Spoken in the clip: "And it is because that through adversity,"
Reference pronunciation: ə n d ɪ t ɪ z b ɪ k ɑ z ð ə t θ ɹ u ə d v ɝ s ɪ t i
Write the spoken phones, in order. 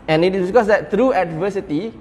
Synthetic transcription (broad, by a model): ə n ɪ t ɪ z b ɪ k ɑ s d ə t t ɹ u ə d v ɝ s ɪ t i